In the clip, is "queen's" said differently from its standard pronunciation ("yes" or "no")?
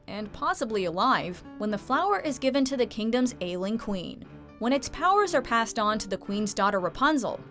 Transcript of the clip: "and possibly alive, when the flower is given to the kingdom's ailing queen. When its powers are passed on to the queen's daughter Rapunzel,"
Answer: no